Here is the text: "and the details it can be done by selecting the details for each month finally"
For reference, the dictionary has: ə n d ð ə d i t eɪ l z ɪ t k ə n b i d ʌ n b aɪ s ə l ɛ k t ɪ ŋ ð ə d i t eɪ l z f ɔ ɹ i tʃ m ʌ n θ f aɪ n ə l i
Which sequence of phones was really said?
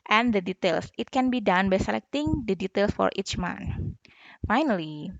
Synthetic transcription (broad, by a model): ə n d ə d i t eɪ l s ɪ t k ə n b i d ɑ n b aɪ s ə l ɛ k t ɪ ŋ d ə d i t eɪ l s f ɔ ɹ i tʃ m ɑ n f aɪ n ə l i